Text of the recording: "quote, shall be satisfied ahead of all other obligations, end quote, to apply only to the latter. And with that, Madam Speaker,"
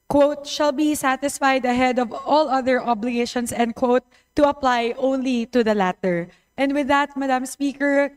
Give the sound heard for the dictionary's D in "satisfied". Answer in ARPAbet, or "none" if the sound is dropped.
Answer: D